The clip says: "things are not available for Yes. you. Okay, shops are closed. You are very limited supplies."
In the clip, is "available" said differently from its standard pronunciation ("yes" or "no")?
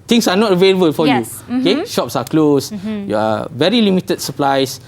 no